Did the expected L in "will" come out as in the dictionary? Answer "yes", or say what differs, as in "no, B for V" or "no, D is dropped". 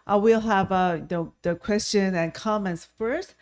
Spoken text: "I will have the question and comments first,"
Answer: yes